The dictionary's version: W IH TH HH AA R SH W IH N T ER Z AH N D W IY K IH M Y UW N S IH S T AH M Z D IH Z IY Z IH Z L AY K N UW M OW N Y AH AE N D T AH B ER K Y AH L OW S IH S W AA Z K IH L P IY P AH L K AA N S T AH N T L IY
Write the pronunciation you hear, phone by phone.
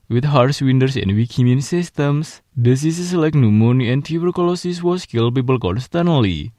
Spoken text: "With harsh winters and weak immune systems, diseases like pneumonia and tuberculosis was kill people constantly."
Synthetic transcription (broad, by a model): W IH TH HH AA R S W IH N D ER S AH N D W IY K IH M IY N S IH S T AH M S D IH S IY S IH S L AY K N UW M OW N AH N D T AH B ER K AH L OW S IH S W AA S K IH L P IY P AH L K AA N S T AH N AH L IY